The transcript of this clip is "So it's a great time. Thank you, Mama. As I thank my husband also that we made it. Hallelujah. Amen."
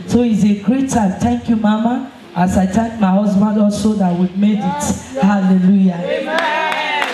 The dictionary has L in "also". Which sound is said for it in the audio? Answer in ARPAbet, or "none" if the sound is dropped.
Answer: L